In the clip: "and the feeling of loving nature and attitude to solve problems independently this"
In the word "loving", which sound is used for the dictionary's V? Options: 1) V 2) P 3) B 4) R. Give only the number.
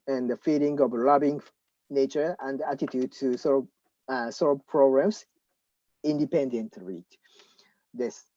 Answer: 3